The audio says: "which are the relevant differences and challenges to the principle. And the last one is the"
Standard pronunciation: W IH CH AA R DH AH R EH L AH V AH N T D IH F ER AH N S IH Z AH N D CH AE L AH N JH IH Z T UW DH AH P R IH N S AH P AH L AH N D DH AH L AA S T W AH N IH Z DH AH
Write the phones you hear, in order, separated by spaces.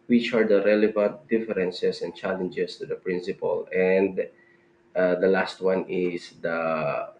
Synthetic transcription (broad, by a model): W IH CH AA R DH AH R EH L AH V AH N T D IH F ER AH N S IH S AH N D CH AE L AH N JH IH S T UW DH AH P R IH N S AH P AH L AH N D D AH L AA S T W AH N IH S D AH